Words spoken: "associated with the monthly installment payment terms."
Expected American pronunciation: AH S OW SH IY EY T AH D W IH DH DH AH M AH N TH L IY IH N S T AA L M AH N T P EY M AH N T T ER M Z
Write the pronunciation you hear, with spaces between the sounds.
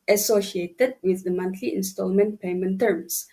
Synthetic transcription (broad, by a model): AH S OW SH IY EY T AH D W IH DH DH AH M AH N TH L IY IH N S T AA L M AH N T P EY M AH N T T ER M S